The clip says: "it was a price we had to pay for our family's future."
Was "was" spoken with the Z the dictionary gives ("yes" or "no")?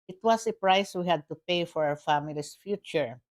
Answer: no